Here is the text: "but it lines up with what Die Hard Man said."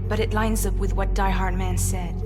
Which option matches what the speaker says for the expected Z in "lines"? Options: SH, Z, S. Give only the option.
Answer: Z